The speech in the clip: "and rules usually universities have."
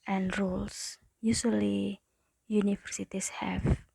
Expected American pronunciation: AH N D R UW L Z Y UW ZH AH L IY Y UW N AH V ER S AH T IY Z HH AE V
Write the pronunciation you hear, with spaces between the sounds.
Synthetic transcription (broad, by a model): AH N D R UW L S Y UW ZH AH L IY Y UW N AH F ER S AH T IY S HH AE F